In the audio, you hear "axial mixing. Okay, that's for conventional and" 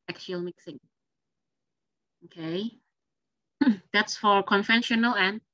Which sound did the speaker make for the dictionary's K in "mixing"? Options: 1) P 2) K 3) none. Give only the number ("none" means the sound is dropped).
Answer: 2